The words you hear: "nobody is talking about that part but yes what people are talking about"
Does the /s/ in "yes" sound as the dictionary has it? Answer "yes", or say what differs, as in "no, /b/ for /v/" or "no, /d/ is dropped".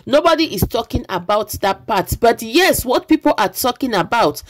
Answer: yes